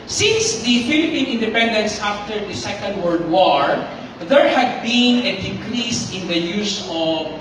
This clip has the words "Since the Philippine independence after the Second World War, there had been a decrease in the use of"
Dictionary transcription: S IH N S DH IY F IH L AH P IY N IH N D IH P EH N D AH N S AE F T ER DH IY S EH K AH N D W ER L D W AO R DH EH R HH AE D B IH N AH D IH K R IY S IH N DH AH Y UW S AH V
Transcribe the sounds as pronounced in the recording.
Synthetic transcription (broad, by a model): S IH N S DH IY F IH L AH P IY N IH N D IH P EH N D AH N S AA F T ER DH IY S EH K AH N D W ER D W AO R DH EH R HH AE D B IH N AH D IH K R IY S IH N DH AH Y UW S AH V